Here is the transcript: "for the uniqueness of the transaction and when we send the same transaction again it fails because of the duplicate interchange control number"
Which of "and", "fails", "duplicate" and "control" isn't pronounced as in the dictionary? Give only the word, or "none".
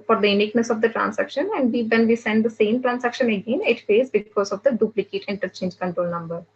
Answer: fails